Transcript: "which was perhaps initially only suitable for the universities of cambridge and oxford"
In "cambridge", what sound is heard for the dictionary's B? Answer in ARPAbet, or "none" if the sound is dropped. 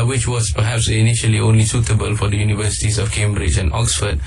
B